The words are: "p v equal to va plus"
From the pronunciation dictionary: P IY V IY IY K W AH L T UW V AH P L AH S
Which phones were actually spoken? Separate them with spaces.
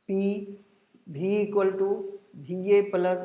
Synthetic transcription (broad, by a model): P IY B IY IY K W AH L T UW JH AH P L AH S